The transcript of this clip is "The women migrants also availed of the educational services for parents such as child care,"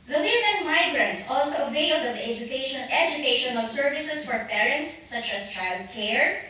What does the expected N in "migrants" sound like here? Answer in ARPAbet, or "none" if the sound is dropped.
N